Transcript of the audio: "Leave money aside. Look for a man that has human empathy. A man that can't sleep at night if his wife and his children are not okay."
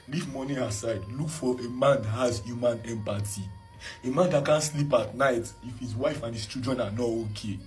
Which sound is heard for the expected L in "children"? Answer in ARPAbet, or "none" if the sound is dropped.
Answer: none